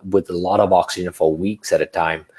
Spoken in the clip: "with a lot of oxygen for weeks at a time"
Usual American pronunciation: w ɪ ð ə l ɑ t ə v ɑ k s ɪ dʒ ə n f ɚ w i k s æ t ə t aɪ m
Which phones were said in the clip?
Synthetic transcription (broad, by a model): w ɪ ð ə l ɑ t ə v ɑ k s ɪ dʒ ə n f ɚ w i k s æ t ə t aɪ m